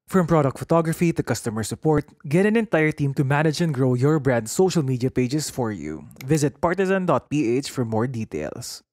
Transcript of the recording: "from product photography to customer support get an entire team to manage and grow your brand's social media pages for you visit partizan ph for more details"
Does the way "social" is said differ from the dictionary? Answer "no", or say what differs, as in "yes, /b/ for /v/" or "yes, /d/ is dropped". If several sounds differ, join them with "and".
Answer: no